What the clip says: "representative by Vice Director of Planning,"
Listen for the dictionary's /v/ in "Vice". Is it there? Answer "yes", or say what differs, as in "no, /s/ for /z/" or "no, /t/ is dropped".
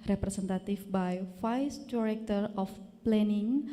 no, /f/ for /v/